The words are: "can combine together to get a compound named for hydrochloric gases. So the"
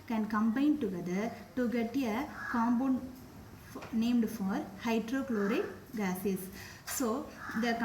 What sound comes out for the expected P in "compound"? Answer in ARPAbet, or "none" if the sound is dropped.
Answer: B